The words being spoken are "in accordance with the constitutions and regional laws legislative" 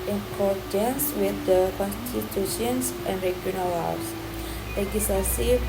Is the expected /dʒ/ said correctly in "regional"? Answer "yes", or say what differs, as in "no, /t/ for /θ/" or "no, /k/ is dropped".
no, /dʒ/ is dropped